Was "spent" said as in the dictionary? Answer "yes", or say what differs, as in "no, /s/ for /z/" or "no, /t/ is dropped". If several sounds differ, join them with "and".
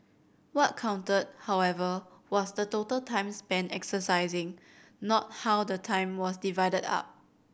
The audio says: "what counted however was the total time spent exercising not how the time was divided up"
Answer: no, /t/ is dropped